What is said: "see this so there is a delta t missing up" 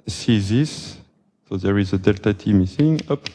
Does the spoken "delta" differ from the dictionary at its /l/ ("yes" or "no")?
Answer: no